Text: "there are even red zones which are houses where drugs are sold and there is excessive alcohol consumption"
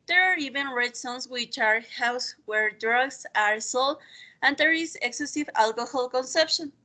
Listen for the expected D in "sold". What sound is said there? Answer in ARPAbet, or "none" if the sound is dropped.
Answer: none